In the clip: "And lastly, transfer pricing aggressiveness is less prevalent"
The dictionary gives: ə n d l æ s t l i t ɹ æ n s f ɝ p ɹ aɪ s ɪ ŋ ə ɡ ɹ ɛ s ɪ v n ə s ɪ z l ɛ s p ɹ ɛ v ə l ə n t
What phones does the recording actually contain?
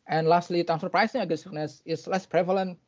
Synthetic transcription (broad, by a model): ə n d l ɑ s t l i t æ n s ɝ p ɹ aɪ s ɪ ŋ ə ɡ ɛ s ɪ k n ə s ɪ s l ɛ s p ɹ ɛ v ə l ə n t